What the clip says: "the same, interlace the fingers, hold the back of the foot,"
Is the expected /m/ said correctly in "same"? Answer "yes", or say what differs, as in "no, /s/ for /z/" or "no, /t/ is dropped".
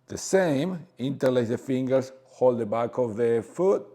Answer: yes